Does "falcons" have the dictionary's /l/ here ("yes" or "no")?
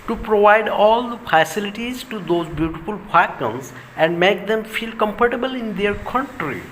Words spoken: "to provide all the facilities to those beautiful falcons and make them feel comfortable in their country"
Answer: no